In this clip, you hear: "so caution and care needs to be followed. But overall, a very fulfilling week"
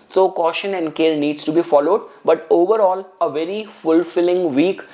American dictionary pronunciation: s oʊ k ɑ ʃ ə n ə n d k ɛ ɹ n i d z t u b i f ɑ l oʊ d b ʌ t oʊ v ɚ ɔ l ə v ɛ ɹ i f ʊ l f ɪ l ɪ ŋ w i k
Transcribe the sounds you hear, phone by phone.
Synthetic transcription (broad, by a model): s oʊ k ɑ ʃ ə n ə n d k ɛ ɹ n i d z t u b i f ɑ l oʊ d b ʌ t oʊ v ɚ ɔ l ə v ɛ ɹ i f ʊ l f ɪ l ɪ ŋ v i k